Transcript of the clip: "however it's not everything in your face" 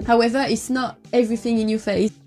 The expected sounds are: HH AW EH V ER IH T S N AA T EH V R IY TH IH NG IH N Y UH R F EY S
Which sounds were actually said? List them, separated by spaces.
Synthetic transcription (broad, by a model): HH AW EH V ER IH T S N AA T EH V R IY TH IH NG IH N Y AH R F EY